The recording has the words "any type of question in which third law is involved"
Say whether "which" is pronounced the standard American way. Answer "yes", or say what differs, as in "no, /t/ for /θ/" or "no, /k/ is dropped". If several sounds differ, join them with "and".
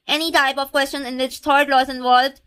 yes